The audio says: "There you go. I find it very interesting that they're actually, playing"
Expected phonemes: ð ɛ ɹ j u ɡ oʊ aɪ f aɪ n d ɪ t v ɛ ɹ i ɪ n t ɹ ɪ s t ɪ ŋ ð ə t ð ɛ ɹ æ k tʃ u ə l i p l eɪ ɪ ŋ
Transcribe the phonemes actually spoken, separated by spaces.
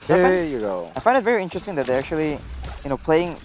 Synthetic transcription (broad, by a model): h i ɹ j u ɡ oʊ aɪ f aɪ n d ɪ t v ɛ ɹ i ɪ n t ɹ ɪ s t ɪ ŋ ð ə t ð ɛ ɹ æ k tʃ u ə n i p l eɪ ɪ ŋ